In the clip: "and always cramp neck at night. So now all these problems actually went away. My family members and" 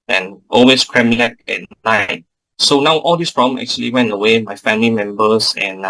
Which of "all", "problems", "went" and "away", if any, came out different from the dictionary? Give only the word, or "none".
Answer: problems